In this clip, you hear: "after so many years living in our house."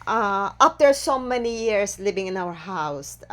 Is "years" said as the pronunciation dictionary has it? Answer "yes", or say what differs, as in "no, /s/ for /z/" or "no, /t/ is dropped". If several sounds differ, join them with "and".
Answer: no, /s/ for /z/